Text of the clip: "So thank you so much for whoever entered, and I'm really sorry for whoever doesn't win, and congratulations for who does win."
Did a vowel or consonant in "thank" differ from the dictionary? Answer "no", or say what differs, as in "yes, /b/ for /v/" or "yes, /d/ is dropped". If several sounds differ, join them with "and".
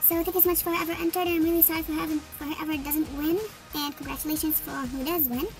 yes, /t/ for /θ/ and /ŋ/ is dropped